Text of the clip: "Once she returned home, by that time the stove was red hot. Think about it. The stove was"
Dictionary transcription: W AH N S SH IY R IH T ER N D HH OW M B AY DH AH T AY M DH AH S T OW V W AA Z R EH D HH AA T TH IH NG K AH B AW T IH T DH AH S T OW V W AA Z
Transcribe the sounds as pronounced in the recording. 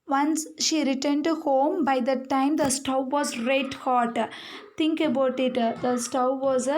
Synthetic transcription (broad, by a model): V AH N S SH IY R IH T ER N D HH OW M B AY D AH T AY M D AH S T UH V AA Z R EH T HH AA T T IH NG K AH B AW T IH T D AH S T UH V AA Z